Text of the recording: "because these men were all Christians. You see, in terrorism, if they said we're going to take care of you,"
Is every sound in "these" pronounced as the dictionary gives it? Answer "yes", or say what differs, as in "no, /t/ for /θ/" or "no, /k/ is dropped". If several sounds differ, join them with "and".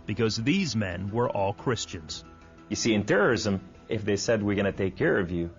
yes